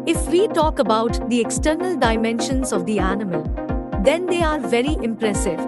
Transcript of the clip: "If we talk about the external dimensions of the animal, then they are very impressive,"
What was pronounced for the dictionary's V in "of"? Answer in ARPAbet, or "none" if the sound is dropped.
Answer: V